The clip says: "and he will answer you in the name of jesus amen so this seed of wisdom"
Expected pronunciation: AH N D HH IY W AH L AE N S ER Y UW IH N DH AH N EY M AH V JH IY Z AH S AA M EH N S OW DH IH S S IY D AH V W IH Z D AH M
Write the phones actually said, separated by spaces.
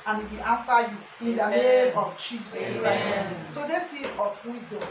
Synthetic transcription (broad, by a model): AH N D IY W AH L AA N S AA Y UW IH N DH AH N EY M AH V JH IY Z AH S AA EH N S OW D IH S S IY AH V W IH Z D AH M